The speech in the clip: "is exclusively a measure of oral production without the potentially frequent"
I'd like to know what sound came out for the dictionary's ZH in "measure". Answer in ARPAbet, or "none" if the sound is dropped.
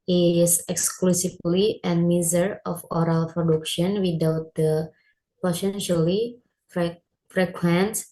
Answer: Z